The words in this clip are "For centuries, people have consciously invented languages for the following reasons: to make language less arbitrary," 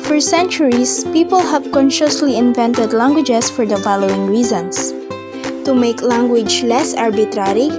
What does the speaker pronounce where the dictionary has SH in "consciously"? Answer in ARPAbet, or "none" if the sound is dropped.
SH